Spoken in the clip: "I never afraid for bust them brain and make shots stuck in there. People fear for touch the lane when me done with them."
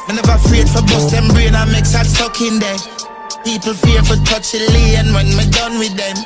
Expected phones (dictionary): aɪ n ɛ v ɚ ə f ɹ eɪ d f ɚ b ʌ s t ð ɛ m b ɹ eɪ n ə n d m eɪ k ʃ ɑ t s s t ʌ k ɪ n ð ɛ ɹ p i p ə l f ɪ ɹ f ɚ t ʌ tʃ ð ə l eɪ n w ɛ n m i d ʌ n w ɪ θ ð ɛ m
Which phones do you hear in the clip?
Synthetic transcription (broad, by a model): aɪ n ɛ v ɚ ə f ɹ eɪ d f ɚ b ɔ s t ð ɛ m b ɹ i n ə m eɪ k s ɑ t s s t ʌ k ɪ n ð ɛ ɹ p i p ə l f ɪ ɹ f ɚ t ʌ tʃ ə l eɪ n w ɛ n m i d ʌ n w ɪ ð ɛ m